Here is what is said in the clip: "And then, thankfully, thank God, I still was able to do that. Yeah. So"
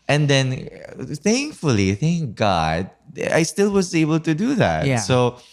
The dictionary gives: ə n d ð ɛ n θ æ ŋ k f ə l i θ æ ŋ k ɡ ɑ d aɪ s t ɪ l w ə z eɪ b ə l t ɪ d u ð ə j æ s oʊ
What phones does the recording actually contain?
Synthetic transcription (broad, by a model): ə n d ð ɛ n θ æ ŋ k f ə l i θ æ ŋ k ɡ ɑ d aɪ s t ɪ l w ə z eɪ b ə l t ɪ d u ð ə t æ s oʊ